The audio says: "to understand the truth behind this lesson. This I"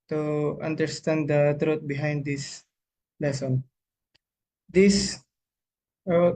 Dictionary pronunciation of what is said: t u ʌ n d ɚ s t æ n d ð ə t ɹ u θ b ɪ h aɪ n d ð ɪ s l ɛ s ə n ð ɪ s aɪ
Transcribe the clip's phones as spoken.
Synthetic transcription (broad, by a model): t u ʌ n d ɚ s t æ n d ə t ɹ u t b ɪ h aɪ n d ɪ s l ɛ s ə n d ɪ s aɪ